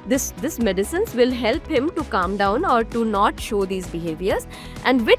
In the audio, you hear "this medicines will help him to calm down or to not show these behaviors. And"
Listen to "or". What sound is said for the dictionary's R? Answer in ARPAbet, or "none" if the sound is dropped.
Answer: R